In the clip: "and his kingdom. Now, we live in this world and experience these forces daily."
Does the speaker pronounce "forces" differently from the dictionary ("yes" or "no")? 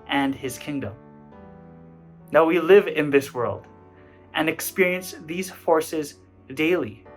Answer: no